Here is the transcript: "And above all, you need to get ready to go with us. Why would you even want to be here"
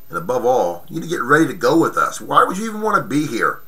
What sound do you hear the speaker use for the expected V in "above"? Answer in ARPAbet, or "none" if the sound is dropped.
V